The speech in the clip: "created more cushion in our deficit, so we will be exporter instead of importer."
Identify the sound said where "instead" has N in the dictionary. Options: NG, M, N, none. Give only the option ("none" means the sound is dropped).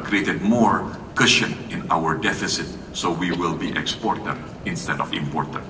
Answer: N